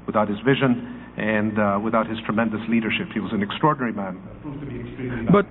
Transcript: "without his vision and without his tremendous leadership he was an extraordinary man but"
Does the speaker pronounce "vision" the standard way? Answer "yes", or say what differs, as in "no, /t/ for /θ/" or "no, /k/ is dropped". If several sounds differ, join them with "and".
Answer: yes